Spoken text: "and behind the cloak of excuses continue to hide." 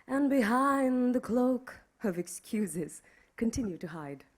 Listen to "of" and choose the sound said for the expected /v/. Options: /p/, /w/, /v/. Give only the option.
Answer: /v/